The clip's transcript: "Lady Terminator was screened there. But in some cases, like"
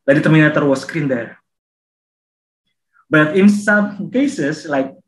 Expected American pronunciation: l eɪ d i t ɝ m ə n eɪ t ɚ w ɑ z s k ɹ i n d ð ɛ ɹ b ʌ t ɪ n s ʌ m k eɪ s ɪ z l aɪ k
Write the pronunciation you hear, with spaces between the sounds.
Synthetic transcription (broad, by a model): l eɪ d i t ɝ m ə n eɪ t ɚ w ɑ s k ɹ i n d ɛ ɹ b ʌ t ɪ n s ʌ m k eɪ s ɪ s l aɪ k